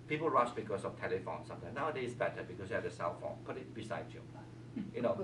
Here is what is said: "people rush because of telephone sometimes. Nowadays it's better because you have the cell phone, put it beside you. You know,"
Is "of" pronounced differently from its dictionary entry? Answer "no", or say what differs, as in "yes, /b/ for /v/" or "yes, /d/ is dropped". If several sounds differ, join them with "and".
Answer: yes, /f/ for /v/